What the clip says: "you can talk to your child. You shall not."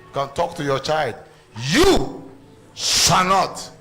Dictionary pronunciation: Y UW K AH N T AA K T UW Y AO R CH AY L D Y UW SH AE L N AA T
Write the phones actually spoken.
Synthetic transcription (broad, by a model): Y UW K AH N T AA K T UW Y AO CH AY L D Y UW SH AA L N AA T